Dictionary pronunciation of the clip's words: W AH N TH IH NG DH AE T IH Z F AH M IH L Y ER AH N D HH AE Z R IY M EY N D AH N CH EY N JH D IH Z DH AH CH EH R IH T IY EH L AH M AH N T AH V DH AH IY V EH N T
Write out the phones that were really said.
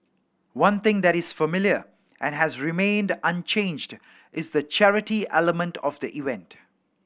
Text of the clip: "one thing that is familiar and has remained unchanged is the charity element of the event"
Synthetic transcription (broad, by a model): W AH N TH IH NG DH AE T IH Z F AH M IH L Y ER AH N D HH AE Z R IY M EY N D AH N CH EY N JH D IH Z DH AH CH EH R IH T IY EH L AH M AH N T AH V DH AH IY V EH N T